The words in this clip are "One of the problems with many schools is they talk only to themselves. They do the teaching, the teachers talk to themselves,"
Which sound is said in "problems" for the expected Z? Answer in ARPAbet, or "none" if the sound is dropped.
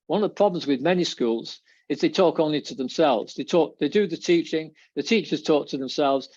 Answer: Z